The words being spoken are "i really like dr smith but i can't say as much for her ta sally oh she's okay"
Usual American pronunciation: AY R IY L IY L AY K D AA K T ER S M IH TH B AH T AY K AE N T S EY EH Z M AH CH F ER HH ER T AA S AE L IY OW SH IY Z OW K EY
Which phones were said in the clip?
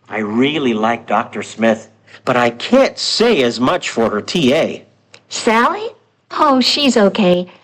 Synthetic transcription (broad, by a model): AY R IY L IY L AY K D AA K T ER S M IH TH B AH T AY K AE N T S EY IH Z M AH CH F ER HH ER T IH S AE L IY OW SH IY Z OW K EY